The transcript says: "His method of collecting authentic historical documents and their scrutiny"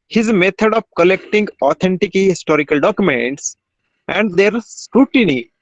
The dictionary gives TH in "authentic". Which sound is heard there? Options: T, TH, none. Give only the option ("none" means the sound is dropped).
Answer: T